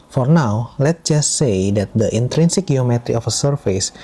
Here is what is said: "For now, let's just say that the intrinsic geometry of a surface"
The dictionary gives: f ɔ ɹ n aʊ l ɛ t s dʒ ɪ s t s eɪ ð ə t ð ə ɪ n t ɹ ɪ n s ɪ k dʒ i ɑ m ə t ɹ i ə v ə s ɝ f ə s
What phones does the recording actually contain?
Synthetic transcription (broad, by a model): f ɔ ɹ n aʊ l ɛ t dʒ ɪ s t s eɪ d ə t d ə ɪ n t ɹ ɪ n s ɪ k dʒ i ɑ m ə t ɹ i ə f ə s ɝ f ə s